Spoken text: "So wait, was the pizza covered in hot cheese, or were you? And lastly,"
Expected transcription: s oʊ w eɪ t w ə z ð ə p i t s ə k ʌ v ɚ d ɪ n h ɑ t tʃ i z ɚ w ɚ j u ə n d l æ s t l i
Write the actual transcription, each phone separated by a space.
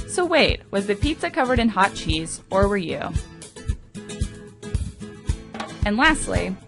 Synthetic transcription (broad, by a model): s oʊ w eɪ t w ə z ð ə p i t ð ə k ʌ v ɚ d ɪ n h ɑ t tʃ i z ɚ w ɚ j u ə n l æ s t l i